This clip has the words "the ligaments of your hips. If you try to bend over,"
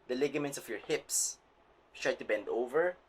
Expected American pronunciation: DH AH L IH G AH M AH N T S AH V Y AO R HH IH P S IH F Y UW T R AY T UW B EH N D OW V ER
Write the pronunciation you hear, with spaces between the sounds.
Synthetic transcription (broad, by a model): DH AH L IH G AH M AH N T S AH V Y AO R HH IH P S T R AY T UW B EH N D OW V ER